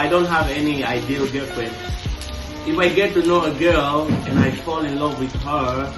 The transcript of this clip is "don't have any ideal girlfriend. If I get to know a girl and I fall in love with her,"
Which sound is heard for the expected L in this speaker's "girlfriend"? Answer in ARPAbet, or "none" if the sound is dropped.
none